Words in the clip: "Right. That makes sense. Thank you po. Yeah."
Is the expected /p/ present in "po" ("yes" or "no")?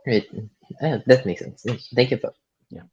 no